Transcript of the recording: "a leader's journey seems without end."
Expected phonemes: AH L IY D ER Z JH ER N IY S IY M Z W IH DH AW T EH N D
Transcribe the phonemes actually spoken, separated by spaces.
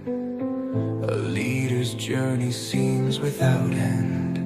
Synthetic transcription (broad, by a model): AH L IY D ER Z JH ER N IY S IY M Z W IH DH AW T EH N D